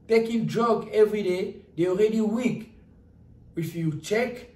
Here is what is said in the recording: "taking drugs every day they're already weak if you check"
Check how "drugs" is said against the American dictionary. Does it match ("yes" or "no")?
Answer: no